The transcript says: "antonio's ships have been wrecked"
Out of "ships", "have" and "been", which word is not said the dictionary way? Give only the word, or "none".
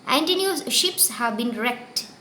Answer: none